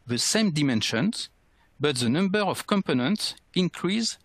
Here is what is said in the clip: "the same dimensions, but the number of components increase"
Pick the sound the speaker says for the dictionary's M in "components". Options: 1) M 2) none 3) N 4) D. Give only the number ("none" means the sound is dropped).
1